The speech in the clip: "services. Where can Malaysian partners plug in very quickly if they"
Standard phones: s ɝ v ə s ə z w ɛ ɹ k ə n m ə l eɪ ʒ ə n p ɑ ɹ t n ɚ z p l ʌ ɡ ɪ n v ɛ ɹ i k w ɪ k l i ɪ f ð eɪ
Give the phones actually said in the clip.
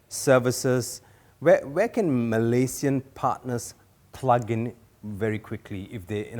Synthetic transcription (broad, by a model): s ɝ v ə s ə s w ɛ w k ə n m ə l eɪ s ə n p ɑ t n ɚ s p l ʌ ɡ ɪ n v ɛ ɹ i k w ɪ k l i ɪ f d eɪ